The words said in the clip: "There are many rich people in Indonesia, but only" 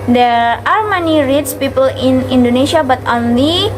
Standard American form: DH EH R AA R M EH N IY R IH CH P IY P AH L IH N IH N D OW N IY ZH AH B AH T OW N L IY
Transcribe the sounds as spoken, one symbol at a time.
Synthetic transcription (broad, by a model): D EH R AA R M EH N IY R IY S P IY P AH L IH N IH N D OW N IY SH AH B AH T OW N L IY